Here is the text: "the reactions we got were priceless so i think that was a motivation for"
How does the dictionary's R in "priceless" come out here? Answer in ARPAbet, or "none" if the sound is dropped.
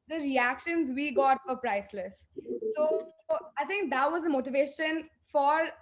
R